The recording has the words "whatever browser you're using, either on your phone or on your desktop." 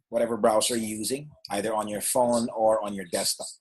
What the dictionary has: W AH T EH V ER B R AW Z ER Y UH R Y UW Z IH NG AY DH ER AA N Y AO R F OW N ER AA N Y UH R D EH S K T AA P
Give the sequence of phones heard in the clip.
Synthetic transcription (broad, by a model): W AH T EH V ER B R AW S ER Y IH Y UW Z IH NG AY DH ER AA N Y AO R F OW N ER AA N Y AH R D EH S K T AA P